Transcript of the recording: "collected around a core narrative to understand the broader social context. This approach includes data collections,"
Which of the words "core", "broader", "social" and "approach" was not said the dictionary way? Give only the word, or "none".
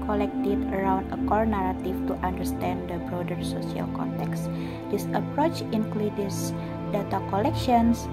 social